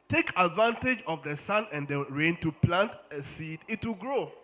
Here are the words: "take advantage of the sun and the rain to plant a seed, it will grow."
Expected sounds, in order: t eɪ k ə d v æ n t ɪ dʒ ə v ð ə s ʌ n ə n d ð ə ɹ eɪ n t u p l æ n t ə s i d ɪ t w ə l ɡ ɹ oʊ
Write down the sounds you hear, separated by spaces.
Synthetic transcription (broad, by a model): t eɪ k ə d v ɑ n t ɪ dʒ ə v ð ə s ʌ n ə n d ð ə ɹ eɪ n t u p l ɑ n t ə s i d ɪ t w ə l ɡ ɹ oʊ